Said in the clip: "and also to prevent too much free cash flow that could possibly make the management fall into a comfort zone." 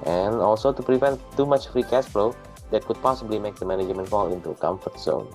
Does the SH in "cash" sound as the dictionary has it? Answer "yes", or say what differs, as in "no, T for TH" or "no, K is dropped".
no, S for SH